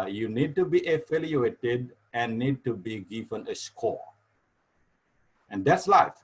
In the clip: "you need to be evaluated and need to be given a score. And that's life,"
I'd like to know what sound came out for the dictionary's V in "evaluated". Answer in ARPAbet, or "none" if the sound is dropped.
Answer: F